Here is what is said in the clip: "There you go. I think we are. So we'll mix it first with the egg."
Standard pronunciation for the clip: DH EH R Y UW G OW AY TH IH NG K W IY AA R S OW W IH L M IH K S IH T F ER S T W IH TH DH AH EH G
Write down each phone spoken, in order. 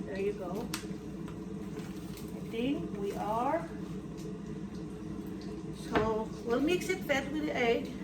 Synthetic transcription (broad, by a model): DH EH R Y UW G OW AY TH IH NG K W IY AA R S OW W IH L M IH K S IH T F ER T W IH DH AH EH